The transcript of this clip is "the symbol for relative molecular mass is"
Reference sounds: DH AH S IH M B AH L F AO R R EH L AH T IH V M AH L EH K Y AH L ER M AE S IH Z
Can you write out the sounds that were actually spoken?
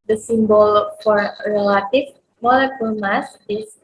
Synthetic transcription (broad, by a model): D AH S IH M B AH L F AO R R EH L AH T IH F M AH L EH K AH L M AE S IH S